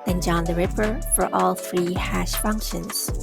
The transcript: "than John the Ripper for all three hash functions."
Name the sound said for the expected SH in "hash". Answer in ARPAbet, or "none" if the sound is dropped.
SH